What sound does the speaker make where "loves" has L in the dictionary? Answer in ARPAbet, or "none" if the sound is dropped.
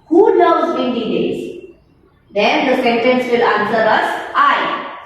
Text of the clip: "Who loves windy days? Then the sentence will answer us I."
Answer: N